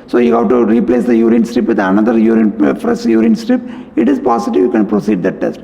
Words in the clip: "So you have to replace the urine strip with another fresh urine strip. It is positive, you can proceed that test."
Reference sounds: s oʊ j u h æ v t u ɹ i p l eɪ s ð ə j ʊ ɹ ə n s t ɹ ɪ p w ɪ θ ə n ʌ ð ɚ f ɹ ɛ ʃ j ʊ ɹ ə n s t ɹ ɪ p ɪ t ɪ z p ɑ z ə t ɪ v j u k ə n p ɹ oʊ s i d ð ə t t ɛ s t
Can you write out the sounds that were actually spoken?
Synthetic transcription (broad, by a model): s oʊ j u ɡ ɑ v t u ɹ i p l eɪ s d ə j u ɹ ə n s t ɹ ɪ p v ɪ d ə n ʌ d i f ɹ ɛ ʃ j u ɹ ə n s t ɹ ɪ p ɪ t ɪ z p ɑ s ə t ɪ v j u k ə n p ɹ oʊ s i d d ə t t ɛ s t